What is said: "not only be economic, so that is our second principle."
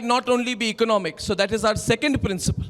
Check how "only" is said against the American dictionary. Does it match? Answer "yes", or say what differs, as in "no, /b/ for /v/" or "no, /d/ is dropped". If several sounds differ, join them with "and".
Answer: yes